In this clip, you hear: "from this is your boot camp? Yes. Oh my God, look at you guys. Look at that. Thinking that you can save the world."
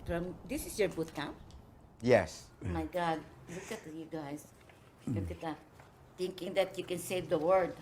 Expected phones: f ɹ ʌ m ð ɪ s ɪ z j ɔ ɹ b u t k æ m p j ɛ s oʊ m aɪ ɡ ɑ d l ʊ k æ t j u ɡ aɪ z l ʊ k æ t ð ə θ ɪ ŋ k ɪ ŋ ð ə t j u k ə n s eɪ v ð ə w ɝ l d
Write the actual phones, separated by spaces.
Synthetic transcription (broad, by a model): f ɹ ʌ m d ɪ s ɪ s j ɔ ɹ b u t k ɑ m j ɛ s m aɪ ɡ ɑ d l ʊ k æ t j u ɡ aɪ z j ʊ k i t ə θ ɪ ŋ k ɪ ŋ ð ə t j u k ə n s eɪ v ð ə w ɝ d